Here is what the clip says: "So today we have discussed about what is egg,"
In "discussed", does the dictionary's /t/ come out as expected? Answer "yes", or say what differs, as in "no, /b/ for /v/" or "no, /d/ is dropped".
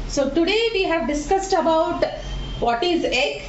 yes